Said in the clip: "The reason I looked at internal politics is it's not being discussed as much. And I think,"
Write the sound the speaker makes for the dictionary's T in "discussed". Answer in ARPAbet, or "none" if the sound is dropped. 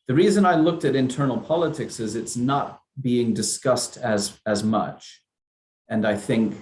T